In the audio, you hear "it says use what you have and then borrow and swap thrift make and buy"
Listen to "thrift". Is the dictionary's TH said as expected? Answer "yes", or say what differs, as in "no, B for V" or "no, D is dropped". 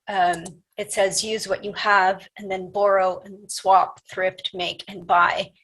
yes